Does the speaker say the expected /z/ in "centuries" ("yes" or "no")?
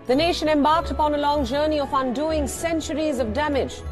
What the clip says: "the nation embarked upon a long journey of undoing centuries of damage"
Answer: yes